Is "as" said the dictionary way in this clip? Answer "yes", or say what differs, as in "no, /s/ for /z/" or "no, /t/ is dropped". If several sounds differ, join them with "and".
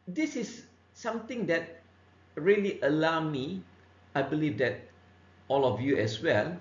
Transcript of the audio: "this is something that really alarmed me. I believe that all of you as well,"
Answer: no, /s/ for /z/